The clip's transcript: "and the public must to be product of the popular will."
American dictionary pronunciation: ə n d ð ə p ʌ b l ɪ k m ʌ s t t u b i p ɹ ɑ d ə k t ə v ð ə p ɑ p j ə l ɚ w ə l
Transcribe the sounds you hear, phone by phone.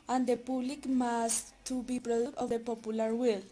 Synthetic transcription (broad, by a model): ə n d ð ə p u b l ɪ k m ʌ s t t u b i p ɹ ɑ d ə t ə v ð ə p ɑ p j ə l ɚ w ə l